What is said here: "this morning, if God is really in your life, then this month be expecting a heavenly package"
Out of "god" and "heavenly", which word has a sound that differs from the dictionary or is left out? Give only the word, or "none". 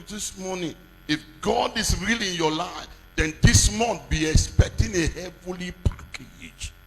heavenly